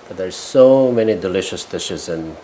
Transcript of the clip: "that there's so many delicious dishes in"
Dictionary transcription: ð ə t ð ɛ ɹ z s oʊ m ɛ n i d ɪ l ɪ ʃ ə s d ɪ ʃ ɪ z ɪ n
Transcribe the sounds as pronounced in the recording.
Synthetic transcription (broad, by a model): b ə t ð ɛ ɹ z s oʊ m ɛ n i d ɪ l ɪ ʃ ə s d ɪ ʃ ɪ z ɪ n